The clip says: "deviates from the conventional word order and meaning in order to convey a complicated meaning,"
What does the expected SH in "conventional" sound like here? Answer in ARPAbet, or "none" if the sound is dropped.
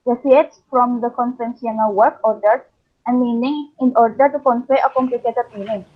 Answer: S